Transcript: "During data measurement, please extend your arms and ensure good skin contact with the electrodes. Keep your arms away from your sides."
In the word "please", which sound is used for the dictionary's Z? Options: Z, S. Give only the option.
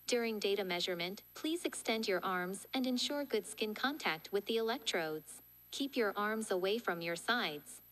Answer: Z